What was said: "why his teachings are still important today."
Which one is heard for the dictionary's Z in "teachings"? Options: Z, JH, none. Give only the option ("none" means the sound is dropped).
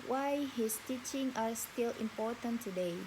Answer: none